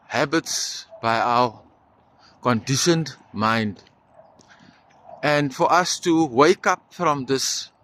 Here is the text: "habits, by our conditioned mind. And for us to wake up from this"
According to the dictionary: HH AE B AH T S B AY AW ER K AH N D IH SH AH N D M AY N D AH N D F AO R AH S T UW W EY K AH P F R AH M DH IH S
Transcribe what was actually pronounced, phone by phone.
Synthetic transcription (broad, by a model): HH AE B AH T S B AY AW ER K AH N D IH SH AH N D M AY N D AH N D F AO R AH S T UW W EY K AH P F R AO M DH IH S